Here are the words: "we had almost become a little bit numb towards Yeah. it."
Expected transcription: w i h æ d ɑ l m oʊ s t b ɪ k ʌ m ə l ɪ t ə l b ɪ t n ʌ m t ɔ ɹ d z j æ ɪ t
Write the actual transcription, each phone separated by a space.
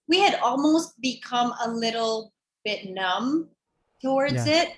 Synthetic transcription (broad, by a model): w i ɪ d ɑ l m oʊ s t b ɪ k ʌ m ə l ɪ t l b ɪ t n ʌ m t ɔ ɹ d z ɪ t